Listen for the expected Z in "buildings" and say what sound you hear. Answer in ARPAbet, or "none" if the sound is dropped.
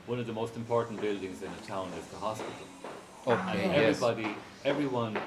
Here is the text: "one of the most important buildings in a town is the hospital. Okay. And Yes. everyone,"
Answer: Z